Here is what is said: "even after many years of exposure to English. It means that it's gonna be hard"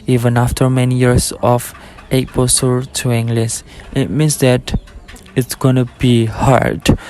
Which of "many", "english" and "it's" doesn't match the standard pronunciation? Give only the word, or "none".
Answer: english